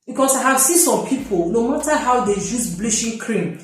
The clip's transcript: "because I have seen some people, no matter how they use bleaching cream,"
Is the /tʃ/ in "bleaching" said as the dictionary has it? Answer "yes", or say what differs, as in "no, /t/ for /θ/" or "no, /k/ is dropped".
no, /ʃ/ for /tʃ/